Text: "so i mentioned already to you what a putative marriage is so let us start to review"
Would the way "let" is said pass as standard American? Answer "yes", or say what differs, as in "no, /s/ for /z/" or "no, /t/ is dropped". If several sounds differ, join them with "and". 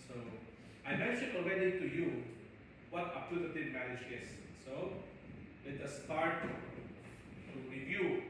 no, /w/ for /l/